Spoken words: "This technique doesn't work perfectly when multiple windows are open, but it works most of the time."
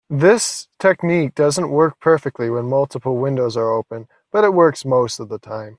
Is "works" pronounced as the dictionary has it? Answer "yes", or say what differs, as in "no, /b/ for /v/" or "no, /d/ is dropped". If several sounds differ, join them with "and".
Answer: yes